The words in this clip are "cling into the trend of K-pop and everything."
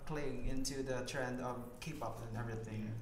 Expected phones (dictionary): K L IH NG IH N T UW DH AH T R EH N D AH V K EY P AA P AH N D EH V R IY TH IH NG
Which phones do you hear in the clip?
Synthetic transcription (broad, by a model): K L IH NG IH N T UW DH AH T R EH N D AH V K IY P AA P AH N EH V R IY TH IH NG